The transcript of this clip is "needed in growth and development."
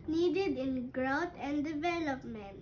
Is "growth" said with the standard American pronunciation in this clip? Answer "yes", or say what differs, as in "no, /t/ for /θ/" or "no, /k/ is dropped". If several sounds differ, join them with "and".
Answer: no, /t/ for /θ/